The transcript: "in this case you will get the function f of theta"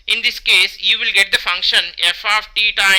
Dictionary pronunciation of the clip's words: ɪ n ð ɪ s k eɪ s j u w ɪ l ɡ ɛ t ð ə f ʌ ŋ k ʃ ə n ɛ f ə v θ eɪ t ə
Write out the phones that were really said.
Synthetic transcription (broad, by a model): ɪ n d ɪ s k eɪ s j u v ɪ l ɡ ɛ t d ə f ʌ ŋ k ʃ ə n ɛ f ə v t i t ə